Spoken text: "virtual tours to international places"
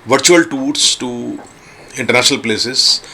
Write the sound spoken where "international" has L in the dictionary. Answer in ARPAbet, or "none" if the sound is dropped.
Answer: L